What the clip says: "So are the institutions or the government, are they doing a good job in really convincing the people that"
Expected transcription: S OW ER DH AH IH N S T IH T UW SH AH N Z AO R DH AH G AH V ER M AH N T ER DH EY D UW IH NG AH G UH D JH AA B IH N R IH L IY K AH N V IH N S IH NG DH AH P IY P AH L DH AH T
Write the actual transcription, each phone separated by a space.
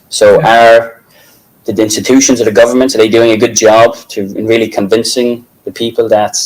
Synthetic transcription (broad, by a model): S OW ER DH AH IH N S T IH T UW SH AH N Z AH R DH AH G AH V ER M AH N T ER DH EY D UW IH NG AH G UH D JH AA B IH N R IH L IY K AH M V IH N S IH NG DH AH P IY P AH L DH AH T